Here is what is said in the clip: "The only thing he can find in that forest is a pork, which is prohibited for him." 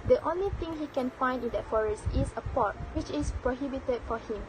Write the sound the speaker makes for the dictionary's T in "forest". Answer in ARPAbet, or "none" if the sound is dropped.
T